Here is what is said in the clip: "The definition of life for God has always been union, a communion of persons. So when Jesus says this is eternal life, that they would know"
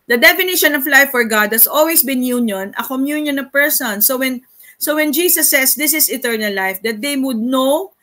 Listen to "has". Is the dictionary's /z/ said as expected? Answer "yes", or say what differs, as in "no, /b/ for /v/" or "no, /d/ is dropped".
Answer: no, /s/ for /z/